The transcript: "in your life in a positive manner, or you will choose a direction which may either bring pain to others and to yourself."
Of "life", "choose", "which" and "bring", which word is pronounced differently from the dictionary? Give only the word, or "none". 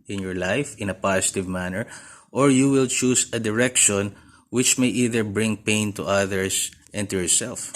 choose